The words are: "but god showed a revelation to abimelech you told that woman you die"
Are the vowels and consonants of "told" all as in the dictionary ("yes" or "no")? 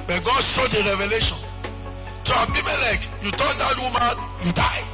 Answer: no